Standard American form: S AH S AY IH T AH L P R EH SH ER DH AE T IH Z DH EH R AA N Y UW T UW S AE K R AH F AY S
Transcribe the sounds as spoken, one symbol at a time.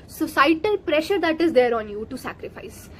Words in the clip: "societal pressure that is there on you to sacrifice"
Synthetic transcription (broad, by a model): S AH S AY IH T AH L P R EH SH ER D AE T IH Z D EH R AA N Y UW T UW S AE K R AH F AY S